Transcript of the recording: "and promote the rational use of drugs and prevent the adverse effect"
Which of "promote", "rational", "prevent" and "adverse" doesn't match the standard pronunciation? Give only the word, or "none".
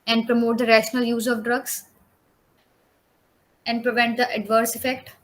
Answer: none